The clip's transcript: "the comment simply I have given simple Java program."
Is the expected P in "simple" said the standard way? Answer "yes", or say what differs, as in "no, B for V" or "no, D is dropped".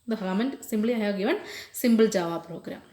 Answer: no, B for P